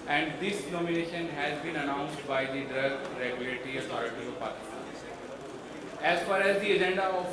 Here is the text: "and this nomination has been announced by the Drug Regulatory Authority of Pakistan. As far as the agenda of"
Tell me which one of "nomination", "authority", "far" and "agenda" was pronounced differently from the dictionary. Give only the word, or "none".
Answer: authority